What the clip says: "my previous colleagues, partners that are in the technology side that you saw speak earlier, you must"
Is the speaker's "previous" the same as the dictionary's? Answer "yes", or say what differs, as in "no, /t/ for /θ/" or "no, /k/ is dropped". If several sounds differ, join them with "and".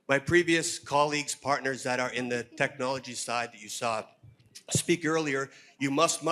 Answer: yes